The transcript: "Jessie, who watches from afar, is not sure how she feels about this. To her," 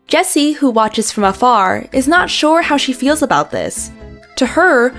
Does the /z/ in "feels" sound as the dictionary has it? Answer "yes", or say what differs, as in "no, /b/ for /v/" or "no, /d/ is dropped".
yes